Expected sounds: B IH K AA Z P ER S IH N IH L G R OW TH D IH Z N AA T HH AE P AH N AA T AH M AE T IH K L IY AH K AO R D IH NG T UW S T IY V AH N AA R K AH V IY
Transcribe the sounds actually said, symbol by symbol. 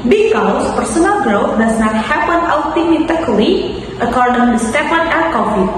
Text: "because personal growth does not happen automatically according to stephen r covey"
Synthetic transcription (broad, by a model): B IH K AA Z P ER S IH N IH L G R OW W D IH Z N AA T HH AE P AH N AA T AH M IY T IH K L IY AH K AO R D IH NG T UW S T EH P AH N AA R K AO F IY